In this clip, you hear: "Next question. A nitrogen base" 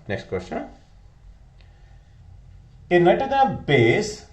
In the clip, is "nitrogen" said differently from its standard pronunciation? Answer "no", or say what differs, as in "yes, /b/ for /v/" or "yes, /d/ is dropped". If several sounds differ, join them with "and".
yes, /ɹ/ is dropped